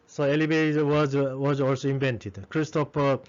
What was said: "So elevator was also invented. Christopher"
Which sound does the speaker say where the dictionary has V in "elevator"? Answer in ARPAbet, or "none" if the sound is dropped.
B